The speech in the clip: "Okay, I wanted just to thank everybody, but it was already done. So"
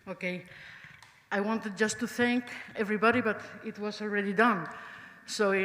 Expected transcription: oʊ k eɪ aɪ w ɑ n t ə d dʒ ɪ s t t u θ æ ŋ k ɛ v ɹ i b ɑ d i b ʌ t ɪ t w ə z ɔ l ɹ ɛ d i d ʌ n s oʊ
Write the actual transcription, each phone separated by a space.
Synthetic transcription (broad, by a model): oʊ k eɪ aɪ w ɑ n t ə d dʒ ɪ s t t u θ æ ŋ k ɛ v ɹ i b ɑ d i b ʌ t ɪ t w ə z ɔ l ɹ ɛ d i d ʌ n s oʊ